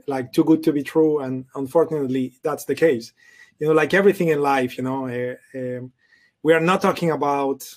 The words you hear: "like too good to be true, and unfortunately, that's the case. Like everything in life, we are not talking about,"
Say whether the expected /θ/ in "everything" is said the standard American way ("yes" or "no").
yes